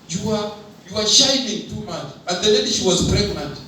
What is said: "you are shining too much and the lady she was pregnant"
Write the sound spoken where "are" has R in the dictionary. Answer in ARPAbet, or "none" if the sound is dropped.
W